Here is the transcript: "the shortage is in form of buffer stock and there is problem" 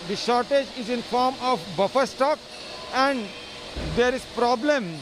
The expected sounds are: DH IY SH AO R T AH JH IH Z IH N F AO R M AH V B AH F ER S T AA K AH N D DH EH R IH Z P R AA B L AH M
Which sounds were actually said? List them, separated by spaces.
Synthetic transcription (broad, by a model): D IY SH AO R T AH JH IH Z IH N F AO R M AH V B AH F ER S T AA K AH N D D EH R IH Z P R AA B L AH M